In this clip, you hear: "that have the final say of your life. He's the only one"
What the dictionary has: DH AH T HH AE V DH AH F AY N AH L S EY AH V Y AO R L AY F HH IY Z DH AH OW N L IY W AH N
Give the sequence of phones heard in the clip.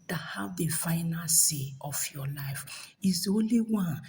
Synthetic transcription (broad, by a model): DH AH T HH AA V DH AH F AY N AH N S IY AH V Y AO L AY F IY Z OW N L IY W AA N